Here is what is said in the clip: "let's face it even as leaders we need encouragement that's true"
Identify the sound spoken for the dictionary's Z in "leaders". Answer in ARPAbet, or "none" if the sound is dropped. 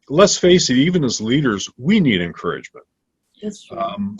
Z